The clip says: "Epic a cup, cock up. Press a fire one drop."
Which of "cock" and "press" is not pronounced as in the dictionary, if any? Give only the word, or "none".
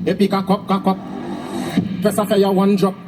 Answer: press